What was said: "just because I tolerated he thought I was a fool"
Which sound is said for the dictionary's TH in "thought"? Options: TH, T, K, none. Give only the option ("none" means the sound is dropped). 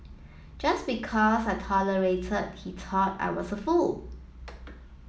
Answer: T